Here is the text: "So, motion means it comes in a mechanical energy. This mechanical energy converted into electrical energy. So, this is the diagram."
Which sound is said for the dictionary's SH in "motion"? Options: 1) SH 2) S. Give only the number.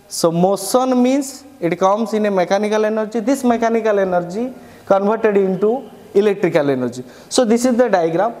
2